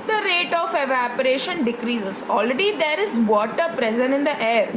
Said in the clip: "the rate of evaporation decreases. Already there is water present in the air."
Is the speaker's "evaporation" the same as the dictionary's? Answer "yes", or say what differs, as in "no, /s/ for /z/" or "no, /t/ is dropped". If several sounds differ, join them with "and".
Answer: yes